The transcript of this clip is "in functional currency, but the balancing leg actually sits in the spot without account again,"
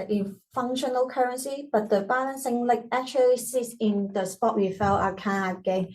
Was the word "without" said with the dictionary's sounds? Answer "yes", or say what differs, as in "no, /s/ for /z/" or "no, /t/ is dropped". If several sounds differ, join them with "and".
no, /f/ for /θ/